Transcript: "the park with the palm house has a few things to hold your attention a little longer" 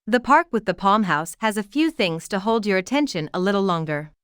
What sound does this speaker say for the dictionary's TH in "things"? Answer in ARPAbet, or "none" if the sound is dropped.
TH